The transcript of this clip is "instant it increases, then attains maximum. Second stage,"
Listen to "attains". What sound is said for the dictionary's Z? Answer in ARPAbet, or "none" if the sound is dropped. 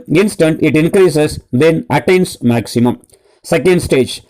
S